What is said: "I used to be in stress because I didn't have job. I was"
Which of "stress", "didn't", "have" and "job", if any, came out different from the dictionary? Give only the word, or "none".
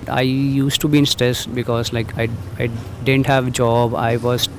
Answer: none